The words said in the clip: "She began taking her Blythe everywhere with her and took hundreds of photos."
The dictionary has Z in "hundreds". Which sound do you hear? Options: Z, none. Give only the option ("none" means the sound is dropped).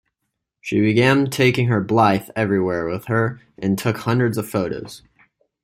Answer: Z